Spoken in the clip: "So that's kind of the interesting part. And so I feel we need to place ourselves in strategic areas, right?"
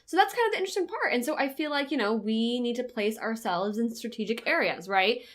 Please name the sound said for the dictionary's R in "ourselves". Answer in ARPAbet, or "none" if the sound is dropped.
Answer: R